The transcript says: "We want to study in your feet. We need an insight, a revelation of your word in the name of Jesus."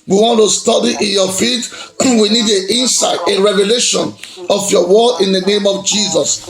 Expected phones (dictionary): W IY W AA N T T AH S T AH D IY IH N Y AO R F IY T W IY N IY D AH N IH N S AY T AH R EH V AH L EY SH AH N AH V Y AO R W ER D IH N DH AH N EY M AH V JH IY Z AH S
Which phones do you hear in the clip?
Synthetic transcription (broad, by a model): W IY W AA N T T AH S T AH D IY IH N Y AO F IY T W IY N IY D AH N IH N S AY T AH R EH V AH L EY SH AH N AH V Y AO W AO IH N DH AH N EY M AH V JH IY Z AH S